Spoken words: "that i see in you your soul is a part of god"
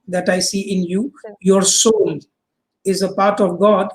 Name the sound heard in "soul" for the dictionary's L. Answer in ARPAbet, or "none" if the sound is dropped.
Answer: N